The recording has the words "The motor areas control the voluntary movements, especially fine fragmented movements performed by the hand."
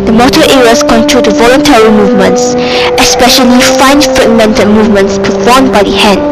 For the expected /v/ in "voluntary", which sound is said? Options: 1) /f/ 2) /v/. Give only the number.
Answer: 2